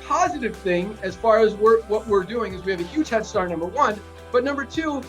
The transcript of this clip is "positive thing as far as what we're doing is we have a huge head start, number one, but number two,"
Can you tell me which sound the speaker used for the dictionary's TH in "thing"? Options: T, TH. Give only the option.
TH